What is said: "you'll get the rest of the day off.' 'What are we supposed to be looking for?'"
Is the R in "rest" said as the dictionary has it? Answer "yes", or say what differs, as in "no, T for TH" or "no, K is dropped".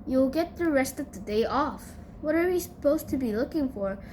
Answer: yes